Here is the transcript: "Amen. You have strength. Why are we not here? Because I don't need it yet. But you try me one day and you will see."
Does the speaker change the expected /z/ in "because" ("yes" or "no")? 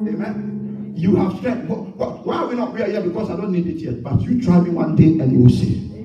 yes